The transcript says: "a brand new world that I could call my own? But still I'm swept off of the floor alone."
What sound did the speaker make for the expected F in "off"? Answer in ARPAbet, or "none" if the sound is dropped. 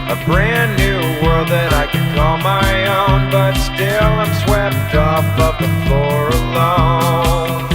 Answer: P